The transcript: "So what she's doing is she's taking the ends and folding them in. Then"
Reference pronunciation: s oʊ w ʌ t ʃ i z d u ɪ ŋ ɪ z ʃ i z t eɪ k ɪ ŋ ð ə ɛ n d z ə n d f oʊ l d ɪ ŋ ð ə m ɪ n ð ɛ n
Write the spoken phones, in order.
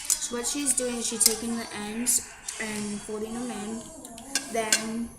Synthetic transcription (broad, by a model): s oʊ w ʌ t ʃ i z d u ɪ ŋ ɪ z ʃ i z t eɪ k ɪ ŋ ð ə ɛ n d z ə n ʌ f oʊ d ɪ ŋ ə m ɪ n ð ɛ n